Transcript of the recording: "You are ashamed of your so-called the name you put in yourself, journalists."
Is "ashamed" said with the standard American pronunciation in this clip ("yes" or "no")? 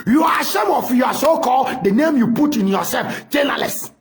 no